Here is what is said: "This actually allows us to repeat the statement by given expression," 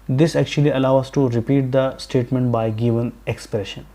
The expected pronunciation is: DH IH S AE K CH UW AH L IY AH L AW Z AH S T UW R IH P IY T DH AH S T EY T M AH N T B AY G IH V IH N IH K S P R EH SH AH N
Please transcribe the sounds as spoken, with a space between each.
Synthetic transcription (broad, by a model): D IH S AE K CH UW AH L IY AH L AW AH S T UW R IH P IY T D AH S T EY T M AH N T B AY G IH V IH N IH K S P R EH SH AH N